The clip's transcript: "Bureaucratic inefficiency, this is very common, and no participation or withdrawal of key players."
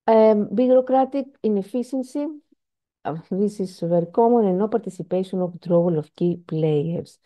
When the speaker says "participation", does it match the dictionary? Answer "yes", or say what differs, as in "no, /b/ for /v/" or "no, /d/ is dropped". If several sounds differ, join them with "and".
no, /n/ is dropped